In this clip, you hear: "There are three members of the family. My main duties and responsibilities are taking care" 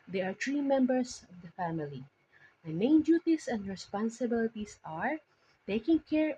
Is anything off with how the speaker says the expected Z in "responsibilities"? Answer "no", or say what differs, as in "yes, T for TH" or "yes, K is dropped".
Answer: yes, S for Z